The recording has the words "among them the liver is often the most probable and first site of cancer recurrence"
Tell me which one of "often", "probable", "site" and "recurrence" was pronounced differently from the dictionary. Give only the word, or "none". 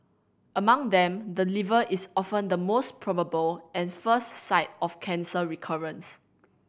none